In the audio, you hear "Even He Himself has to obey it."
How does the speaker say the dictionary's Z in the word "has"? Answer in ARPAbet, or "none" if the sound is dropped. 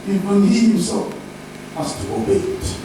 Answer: S